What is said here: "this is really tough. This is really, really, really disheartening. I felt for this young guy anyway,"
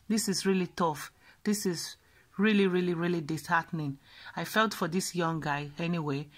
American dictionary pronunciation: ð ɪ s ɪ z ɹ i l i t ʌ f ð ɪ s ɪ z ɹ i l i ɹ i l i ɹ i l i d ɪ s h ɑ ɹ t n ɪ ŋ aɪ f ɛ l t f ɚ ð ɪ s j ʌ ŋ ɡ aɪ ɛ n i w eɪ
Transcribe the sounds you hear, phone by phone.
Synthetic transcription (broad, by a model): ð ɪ s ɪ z ɹ i l i t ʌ f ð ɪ s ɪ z ɹ i l i ɹ i l i ɹ i l i d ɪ s h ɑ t n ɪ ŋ aɪ f ɛ l t f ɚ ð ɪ s j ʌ ŋ ɡ aɪ ɛ n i w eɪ